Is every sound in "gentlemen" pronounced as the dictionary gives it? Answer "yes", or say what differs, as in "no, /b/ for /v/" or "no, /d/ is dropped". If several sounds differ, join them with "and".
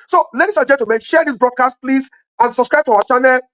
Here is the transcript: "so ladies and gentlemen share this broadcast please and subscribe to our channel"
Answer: no, /l/ is dropped